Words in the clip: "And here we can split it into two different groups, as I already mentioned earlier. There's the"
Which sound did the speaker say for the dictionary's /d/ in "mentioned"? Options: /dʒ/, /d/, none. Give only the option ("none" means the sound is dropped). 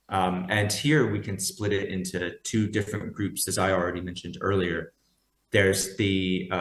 /d/